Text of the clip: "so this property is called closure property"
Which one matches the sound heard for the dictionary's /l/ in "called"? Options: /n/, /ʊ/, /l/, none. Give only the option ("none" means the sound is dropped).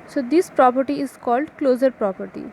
/l/